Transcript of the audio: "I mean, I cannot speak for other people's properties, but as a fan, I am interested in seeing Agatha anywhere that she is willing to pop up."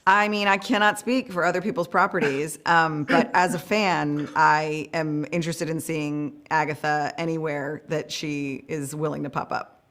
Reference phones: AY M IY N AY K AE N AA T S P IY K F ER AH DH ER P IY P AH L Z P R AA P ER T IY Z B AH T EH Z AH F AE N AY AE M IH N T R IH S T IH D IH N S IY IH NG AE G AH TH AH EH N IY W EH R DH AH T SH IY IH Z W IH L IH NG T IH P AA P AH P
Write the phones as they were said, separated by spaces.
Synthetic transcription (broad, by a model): AY M IY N AY K AE N AA T S P IY K F ER AH DH ER P IY P L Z P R AA P ER T IY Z B AH T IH Z AH F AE N AY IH M IH N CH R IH S T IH D IH N S IY IH NG AE G AH TH AH EH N IY W EH R DH AH T SH IY IH Z W IH L IH NG T IH P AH P AH P